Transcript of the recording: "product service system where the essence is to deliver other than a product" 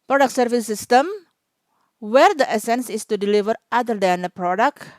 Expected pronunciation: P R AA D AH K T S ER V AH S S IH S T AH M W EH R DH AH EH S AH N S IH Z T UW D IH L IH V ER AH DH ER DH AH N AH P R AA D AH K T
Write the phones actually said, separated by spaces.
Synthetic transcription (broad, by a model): P R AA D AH K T S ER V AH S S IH S T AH M W EH R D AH EH S AH N S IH S T UW D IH L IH V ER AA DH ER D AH N AH P R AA D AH K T